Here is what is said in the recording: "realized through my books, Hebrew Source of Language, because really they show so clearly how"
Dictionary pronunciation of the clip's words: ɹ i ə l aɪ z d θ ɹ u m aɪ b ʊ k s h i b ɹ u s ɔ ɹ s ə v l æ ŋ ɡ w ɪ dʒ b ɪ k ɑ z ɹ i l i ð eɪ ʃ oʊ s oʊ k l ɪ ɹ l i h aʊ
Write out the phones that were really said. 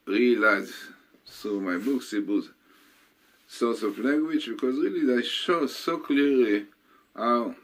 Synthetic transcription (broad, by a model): ɹ i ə l aɪ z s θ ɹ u m aɪ b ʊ k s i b u s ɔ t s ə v l æ ŋ ɡ w ɪ dʒ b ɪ k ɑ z ɹ i l i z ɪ ʃ oʊ s oʊ k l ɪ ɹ l i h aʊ